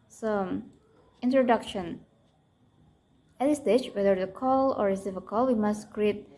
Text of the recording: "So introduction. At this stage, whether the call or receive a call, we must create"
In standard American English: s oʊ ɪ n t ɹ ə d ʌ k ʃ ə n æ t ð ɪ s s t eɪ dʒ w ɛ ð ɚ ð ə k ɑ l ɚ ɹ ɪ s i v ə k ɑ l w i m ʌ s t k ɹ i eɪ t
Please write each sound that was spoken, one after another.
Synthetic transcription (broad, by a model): s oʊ ɪ n t ɹ ə d ʌ k ʃ ə n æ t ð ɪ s s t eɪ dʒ w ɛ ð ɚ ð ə k ɑ l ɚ ɹ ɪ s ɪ f ə k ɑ l w i m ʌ s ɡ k ɹ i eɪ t